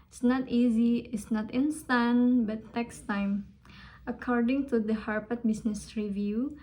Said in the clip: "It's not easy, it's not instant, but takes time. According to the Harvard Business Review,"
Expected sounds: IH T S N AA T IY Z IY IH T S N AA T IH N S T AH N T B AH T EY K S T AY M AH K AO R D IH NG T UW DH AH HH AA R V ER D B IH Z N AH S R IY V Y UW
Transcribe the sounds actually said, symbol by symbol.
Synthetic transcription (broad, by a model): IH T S N AA T IY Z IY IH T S N AA T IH N S T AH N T B AH T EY K S T AY M AH K AO R D IH NG T UW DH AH HH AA R P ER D B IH S N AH S R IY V Y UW